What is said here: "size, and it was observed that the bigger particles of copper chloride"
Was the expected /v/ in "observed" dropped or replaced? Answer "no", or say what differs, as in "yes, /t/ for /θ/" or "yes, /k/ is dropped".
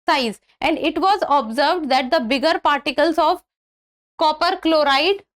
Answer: no